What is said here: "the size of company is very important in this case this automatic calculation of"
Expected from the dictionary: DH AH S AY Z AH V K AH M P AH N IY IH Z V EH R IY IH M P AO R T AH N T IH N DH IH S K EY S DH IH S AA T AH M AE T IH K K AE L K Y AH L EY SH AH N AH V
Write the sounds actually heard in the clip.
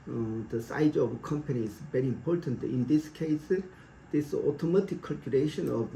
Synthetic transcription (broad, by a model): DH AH S AY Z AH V K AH M P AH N IY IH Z V EH R IY IH M P AO R T AH N T IH N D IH S K EY S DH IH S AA T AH M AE T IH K K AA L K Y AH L EY SH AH N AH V